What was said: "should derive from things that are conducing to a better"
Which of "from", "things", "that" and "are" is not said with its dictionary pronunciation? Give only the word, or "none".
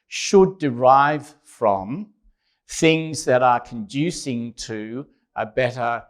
none